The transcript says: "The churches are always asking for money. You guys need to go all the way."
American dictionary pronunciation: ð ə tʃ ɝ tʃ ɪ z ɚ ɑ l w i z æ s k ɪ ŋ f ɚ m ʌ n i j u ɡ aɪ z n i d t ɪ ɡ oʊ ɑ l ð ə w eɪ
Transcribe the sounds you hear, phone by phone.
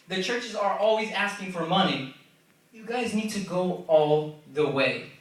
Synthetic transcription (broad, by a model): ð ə tʃ ɝ tʃ ɪ z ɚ ɑ l w i z æ s k ɪ ŋ f ɚ m ʌ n i j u ɡ aɪ z n i d t ɪ ɡ oʊ ɑ l ð ə w eɪ